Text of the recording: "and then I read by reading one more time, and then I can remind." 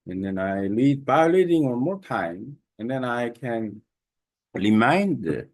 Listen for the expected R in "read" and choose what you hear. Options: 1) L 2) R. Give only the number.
1